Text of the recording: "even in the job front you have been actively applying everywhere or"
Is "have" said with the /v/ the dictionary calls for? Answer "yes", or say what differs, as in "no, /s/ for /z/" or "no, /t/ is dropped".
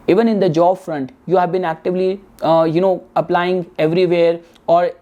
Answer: yes